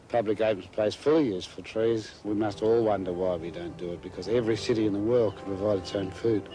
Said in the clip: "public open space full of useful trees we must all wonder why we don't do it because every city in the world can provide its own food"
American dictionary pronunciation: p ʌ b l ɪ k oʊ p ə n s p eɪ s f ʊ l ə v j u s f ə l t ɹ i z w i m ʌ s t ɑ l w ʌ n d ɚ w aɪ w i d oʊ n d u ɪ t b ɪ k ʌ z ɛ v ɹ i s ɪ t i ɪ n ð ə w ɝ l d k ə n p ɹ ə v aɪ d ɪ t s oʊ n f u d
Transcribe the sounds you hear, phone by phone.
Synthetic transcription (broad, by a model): p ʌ b l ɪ k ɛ ə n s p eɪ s f ʊ l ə j u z f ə t ɹ i z w i m ʌ s t ɑ l w ʌ n d ɚ w aɪ w i d oʊ n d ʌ ɪ t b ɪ k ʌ z ɛ v ɹ i s ɪ t i ɪ n ð ə w ɝ l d k ə n p ɹ ə v aɪ d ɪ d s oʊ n f u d